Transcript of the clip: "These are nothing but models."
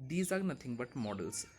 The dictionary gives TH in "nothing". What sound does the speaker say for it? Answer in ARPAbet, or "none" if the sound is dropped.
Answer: T